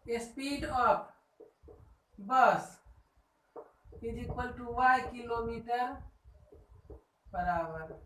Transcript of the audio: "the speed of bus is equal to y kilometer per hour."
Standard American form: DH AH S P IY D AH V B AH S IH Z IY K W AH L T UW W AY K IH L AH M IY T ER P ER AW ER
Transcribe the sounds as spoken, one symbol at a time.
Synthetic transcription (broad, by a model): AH S P IY D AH P B AH S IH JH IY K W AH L T UW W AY K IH L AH M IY T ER B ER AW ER